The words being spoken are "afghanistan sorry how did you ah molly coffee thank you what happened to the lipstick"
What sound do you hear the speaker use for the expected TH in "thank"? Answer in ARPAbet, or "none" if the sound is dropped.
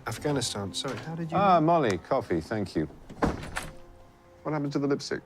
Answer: TH